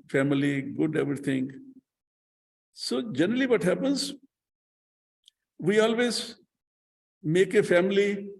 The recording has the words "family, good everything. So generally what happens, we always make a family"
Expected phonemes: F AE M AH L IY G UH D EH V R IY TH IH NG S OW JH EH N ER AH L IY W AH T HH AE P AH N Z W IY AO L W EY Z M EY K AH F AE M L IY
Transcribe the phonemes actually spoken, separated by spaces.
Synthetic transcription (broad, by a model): F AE M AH L IY G UH D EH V R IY T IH NG S OW JH EH N ER AH L IY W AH T HH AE P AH N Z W IY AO L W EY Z M EY K AH F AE M L IY